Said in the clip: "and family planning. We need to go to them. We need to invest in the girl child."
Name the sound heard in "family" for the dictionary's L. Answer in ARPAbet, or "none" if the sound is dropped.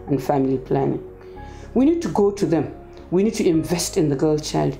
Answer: L